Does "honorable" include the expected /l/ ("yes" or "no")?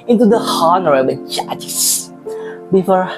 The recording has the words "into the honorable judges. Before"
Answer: no